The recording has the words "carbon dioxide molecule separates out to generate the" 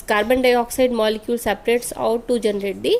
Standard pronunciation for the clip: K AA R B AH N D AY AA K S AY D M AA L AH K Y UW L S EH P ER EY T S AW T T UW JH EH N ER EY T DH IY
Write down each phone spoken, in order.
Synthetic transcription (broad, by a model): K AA R B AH N D AY AA K S AY D M AA L AH K Y UW L S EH P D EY T S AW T T UW JH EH N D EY T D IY